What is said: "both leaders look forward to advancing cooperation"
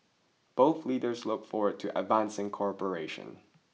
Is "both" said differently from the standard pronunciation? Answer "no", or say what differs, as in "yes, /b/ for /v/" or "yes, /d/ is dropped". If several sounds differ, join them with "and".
no